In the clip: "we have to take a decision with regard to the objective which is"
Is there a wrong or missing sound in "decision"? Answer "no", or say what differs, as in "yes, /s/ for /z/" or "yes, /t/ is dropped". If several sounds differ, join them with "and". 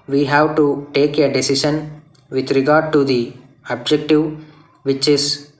yes, /ʃ/ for /ʒ/